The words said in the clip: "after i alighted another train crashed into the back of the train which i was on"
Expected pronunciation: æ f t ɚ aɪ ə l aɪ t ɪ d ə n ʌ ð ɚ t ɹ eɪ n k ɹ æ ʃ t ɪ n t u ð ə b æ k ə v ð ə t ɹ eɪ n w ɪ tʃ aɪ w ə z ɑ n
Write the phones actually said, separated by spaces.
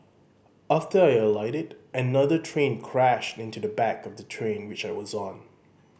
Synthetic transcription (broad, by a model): æ f t ɚ aɪ ə l aɪ t ɪ d ə n ʌ ð ɚ t ɹ eɪ n k ɹ æ ʃ t ɪ n t u ð ə b æ k ə v ð ə t ɹ eɪ n w ɪ tʃ aɪ w ə z n